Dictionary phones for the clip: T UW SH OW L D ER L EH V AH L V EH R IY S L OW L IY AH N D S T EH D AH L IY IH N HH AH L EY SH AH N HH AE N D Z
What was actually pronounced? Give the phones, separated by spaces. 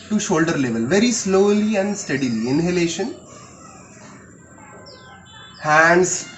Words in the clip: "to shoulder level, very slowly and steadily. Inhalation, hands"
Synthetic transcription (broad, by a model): T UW SH OW L D ER L EH V AH L V EH R IY S L OW L IY AH N D S T EH D AH L IY IH N HH AH L EY SH AH N HH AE N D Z